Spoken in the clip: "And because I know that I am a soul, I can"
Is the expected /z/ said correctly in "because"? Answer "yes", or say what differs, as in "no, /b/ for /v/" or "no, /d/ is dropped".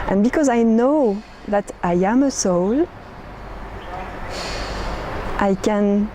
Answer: yes